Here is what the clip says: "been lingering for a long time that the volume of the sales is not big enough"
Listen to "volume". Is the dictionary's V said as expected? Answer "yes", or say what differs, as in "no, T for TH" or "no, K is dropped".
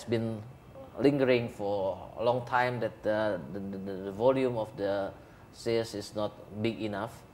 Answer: yes